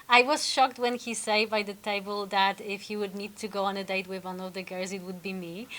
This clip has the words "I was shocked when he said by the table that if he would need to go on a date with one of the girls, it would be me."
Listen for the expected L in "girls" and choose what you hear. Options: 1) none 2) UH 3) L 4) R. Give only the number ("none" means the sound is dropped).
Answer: 1